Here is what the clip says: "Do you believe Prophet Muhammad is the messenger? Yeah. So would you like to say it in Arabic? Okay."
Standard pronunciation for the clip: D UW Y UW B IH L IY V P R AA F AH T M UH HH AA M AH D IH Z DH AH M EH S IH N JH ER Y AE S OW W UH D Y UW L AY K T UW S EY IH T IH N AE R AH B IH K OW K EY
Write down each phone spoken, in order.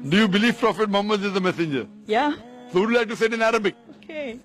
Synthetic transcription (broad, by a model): D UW Y UW B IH L IY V P R AA F AH T M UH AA M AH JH IH Z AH M EH S IH N JH ER Y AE S OW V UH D L AY K T UW S EY IH T IH N AE R AH B IH K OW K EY